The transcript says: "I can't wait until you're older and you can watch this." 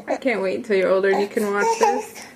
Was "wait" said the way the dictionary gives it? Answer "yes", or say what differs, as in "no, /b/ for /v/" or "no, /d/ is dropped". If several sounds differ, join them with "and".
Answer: no, /t/ is dropped